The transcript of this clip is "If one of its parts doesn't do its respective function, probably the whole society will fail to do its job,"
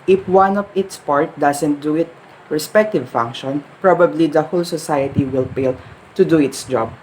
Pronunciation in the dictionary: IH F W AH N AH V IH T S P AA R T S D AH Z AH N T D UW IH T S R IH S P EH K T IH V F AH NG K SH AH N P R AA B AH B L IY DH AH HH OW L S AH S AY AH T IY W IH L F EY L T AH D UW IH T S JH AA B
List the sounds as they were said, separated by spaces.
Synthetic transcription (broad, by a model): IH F W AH N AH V IH T S P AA R T D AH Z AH N T D UW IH T R IH S P EH K T IH V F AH NG K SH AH N P R AA B AH B L IY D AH HH OW L S AH S AY AH T IY W IH L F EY L T AH D UW IH T S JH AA B